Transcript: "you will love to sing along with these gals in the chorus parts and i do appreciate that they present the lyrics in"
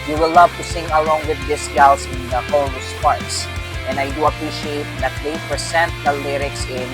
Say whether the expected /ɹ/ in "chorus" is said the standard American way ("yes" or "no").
no